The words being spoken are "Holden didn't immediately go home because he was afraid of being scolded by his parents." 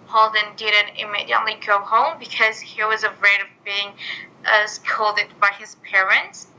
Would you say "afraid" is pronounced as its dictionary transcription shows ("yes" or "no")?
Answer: no